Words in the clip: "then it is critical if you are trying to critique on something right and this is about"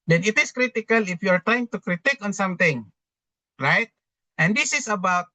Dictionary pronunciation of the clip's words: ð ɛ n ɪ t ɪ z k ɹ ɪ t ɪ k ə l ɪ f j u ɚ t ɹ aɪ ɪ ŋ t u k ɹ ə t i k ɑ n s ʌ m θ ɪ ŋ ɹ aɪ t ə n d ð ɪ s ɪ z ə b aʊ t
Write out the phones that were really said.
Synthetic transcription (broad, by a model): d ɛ n ɪ t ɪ s k ɹ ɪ t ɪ k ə l ɪ f j u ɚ t ɹ aɪ ɪ ŋ t u k ɹ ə t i k ɑ n s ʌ m t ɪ ŋ ɹ aɪ t ə n d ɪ s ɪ s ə b aʊ t